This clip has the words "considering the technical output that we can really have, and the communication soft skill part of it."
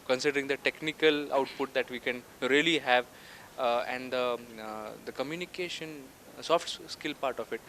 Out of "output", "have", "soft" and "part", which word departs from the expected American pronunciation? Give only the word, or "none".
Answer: none